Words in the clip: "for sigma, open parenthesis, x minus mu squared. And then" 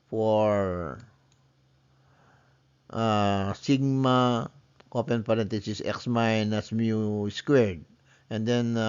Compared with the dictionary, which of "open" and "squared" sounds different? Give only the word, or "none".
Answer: none